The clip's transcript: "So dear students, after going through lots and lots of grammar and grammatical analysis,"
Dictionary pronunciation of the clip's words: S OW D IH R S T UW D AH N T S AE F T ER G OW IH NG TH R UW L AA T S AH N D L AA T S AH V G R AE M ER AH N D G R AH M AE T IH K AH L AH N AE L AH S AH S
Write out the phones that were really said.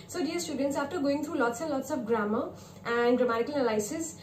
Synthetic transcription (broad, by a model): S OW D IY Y S T UW D AH N T S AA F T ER G OW IH NG T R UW L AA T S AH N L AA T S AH P G R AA M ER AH N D G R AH M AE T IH K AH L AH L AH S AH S